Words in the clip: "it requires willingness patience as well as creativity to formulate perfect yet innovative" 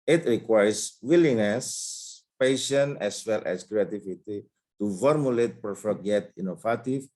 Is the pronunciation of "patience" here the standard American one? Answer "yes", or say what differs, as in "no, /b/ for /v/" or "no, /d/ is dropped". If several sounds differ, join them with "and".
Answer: no, /s/ is dropped